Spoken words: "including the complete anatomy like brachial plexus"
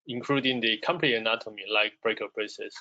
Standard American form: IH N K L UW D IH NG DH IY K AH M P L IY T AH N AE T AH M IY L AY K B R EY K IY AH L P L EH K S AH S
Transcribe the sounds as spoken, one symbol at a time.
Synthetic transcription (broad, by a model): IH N K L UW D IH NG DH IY K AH M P N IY AH N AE T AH M IY L AY K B R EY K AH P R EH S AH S